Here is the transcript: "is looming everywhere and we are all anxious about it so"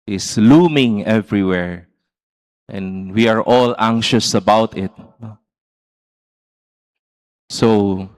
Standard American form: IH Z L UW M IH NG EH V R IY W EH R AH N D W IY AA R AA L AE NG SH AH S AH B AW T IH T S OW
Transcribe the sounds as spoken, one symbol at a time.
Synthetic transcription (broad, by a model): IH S L UW M IH NG EH V R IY W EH R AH N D W IY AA R AA L AE NG SH AH S AH B AW T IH T S OW